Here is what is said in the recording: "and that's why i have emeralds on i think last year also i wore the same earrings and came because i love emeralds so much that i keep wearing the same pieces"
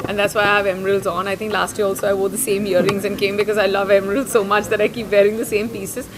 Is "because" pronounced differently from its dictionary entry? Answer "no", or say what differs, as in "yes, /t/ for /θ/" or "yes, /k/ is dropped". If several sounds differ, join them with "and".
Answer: no